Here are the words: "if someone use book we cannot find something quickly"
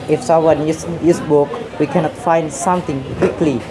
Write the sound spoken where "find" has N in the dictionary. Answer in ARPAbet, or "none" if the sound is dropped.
N